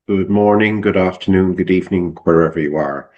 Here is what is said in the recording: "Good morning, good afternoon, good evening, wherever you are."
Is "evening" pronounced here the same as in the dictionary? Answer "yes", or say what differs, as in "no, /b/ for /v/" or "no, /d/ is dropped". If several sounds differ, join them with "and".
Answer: yes